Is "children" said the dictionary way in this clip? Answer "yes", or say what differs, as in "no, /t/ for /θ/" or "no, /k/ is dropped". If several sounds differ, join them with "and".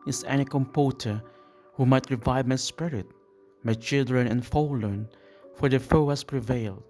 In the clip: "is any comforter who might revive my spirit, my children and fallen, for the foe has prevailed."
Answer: yes